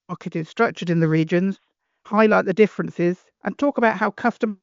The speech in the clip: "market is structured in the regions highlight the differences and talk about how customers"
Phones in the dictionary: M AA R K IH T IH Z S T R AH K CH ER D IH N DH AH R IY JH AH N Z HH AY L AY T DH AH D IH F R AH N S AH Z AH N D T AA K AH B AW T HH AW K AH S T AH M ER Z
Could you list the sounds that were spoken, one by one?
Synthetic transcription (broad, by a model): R K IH T IH Z S T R AH K CH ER D IH N DH AH R IY JH AH N Z HH AY L AY T DH AH D IH F R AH N S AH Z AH N T AA K AH B AW T HH AW K AH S T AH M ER